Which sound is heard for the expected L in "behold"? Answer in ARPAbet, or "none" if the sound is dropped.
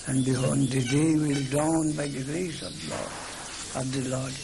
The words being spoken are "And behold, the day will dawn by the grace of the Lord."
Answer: N